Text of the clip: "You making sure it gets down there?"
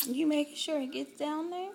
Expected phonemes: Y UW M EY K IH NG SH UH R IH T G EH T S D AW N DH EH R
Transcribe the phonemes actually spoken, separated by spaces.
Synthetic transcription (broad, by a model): Y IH M EY IH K SH UH R IH T G EH T S D AW N DH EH R